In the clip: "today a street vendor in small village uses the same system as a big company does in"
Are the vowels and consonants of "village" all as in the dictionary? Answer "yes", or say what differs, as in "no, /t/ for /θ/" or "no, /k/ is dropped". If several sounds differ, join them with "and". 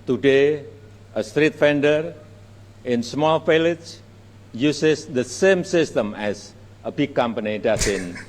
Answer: no, /f/ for /v/